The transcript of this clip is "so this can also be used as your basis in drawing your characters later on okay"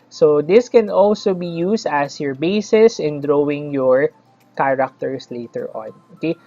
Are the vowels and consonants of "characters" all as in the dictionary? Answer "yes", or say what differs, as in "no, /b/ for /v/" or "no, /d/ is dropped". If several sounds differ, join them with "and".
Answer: no, /s/ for /z/